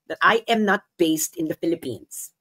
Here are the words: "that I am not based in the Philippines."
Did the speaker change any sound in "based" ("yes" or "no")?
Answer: no